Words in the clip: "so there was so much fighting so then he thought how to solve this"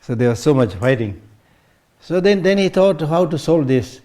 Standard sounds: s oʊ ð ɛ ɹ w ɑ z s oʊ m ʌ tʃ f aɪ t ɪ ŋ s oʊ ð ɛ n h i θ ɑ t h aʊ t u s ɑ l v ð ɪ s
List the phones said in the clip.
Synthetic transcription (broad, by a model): s oʊ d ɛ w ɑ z s oʊ m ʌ tʃ f aɪ t ɪ ŋ s oʊ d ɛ n h i t ɑ t h aʊ t u s ɑ l v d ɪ s